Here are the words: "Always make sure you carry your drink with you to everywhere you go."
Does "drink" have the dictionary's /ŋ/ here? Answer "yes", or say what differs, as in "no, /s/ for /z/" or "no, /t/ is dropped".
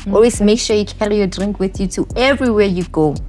yes